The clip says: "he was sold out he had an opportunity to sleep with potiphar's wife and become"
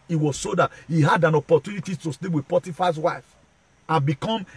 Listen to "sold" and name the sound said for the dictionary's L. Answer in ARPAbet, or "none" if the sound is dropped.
none